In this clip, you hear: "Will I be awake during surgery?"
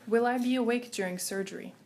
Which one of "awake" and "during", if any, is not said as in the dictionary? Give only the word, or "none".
none